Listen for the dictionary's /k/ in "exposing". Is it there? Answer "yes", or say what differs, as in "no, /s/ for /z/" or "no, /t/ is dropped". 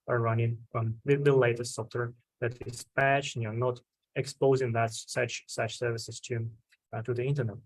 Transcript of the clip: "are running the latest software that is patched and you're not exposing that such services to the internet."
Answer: yes